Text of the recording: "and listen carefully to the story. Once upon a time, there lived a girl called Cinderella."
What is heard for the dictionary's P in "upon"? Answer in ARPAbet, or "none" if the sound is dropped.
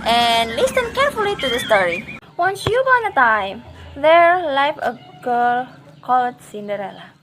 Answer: B